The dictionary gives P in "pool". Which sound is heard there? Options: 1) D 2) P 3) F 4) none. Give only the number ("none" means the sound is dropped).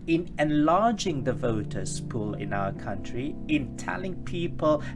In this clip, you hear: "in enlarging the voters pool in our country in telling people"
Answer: 2